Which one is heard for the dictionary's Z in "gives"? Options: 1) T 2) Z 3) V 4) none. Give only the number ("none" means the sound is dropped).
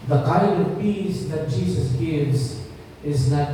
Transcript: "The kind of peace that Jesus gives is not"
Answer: 2